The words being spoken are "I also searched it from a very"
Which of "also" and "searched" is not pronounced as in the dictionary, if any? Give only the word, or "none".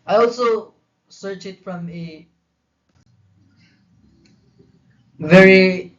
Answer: searched